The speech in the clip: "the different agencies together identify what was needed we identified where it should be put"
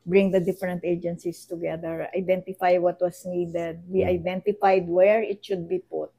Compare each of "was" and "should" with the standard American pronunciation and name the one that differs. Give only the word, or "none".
was